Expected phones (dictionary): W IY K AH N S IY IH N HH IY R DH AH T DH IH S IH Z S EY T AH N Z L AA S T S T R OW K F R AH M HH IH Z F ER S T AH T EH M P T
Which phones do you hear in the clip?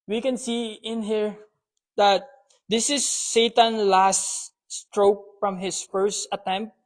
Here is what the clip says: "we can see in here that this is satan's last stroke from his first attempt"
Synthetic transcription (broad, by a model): W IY K AH N S IY IH N HH IY R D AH T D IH S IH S EY T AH N L AA S T S T R OW K F R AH M HH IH S F ER S T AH T EH M P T